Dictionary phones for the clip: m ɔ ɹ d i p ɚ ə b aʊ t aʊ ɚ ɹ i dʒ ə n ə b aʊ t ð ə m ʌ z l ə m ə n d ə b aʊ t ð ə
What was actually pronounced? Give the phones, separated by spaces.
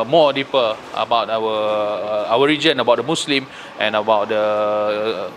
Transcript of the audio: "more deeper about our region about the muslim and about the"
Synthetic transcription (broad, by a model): m ɔ d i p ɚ ə b aʊ t aʊ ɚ ɹ i dʒ ə n ə b aʊ t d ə m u s l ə m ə n ə b aʊ t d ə